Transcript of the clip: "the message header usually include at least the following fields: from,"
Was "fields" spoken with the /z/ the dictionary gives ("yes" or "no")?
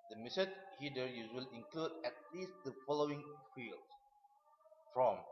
no